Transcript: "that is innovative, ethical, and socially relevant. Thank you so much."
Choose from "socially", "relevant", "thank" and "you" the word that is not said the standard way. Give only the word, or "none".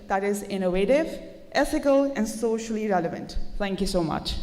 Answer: thank